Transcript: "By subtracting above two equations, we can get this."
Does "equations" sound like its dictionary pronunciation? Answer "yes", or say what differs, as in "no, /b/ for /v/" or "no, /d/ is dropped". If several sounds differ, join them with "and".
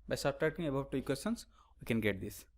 no, /s/ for /ʒ/